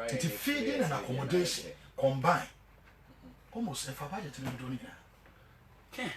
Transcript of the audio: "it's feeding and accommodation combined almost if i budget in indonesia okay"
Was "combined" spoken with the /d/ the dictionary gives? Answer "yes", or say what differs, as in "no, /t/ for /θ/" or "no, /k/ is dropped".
no, /d/ is dropped